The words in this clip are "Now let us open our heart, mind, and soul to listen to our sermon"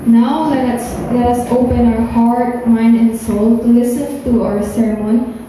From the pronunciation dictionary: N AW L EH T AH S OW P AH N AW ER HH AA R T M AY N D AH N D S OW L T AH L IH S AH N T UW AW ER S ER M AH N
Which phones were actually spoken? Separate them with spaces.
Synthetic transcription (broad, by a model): N AW L EH T AH S OW P AH N AW ER HH AA R T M AY N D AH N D S OW L L IH S AH N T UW AW ER S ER M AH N